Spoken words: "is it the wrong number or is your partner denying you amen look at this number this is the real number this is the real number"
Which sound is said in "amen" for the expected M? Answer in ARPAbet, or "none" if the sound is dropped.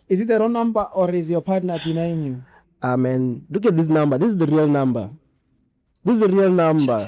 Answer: M